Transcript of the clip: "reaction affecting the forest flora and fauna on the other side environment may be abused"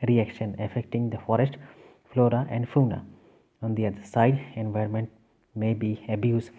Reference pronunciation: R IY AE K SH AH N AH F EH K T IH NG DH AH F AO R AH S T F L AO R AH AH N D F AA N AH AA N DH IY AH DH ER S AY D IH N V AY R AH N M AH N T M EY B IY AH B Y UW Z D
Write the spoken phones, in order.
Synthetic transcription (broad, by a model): R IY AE K SH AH N AH F EH K T IH NG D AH F AO R AH S T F L AO R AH AH N D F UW N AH AA N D IY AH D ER S AY D IH N V AY R AH N M AH N T M EY B IY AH B Y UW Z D